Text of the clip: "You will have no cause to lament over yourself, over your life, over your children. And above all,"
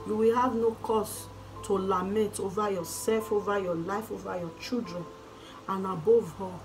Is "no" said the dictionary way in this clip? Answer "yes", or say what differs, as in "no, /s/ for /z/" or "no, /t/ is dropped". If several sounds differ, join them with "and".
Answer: yes